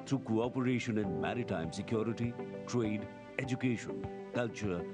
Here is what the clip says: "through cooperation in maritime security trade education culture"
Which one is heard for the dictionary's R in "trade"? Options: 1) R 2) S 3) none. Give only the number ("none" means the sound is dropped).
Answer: 1